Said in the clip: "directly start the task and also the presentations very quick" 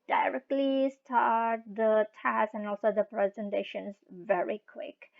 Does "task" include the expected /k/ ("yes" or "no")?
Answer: no